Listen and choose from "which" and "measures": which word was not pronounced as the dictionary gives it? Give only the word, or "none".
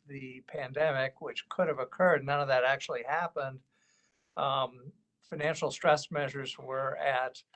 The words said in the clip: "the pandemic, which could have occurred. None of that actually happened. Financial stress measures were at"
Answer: none